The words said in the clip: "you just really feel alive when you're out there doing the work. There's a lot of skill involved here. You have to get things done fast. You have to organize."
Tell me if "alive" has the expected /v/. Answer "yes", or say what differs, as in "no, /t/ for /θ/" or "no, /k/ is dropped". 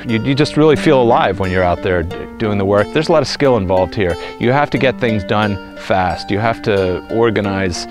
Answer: yes